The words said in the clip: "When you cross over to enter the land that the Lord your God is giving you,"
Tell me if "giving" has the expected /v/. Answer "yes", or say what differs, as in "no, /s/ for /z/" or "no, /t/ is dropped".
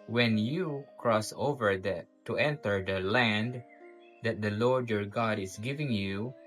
yes